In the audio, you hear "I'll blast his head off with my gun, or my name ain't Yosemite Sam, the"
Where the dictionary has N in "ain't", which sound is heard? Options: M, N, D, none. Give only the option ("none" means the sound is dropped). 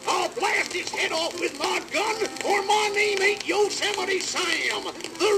none